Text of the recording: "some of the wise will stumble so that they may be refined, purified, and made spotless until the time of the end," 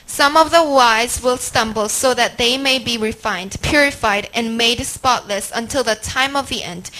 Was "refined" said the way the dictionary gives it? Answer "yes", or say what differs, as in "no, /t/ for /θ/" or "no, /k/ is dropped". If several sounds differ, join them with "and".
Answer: yes